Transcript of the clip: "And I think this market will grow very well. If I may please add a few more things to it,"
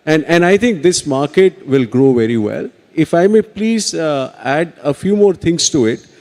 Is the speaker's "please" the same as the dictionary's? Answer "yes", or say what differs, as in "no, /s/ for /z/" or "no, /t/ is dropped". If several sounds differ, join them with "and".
yes